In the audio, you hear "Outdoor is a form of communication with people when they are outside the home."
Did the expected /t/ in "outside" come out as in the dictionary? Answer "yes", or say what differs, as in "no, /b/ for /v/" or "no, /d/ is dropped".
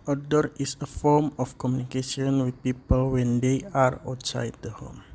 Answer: yes